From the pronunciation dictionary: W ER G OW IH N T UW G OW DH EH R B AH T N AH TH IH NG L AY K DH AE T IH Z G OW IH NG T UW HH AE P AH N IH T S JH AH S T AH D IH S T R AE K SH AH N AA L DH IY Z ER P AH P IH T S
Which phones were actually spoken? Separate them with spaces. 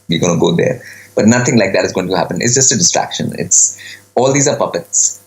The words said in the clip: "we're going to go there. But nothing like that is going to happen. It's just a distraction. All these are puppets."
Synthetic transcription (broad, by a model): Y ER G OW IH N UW G OW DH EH R B AH T N AH T IH NG L AY K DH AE T IH Z G OW IH NG T UW HH AE P AH N IH T S JH AH S T AH D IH S T R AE K SH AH N AA L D IY Z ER P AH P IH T S